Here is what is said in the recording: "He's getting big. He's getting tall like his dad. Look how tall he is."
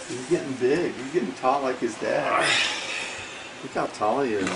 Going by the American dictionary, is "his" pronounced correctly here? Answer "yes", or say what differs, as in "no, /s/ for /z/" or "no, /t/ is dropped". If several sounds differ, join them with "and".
yes